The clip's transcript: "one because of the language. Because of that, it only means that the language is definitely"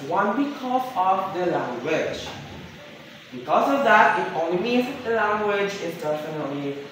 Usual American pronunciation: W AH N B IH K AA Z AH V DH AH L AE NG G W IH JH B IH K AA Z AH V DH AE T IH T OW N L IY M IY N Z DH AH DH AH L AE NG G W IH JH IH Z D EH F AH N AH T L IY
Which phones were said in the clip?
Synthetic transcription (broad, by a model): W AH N B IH K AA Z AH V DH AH L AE NG G W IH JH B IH K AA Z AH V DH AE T IH T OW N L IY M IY Z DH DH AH L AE NG G W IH JH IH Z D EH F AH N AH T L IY